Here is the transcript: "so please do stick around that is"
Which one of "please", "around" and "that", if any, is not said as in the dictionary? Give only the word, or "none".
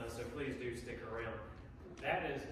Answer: none